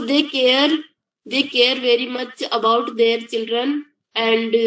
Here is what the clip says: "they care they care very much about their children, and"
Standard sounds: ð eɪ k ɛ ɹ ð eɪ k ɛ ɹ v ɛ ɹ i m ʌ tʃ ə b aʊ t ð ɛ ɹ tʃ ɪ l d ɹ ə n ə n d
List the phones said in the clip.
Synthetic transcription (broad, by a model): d eɪ k ɛ ɹ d eɪ k ɛ ɹ v ɛ ɹ i m ʌ tʃ ə b aʊ t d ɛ ɹ tʃ ɪ l d ɹ ə n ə n d